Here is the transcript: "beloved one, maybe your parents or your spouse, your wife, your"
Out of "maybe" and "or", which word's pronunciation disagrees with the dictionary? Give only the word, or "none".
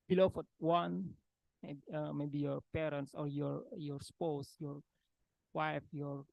none